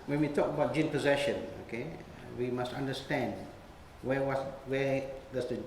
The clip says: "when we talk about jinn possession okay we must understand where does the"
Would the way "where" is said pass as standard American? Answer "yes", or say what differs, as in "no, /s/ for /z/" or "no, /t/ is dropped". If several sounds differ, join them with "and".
no, /w/ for /ɹ/